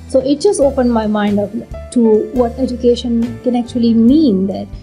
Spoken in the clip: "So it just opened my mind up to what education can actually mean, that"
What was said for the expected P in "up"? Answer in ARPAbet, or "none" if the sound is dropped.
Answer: F